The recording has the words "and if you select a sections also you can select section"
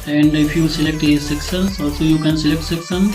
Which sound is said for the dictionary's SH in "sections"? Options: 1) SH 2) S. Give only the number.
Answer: 2